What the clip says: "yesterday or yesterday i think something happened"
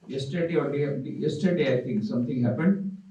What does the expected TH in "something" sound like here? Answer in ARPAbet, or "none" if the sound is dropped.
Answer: T